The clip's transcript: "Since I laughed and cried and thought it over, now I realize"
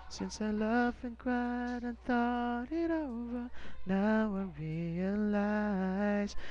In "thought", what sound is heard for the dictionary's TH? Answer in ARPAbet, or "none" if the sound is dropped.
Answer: TH